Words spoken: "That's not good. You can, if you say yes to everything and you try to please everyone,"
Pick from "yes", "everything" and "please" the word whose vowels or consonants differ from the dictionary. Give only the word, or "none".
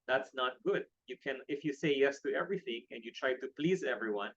none